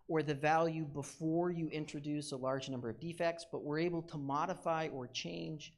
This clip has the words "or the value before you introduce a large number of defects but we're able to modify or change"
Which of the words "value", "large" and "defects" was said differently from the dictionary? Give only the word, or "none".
none